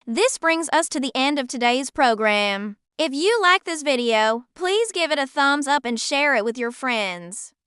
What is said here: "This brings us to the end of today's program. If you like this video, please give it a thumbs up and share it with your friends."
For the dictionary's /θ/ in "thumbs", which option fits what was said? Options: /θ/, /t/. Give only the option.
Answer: /θ/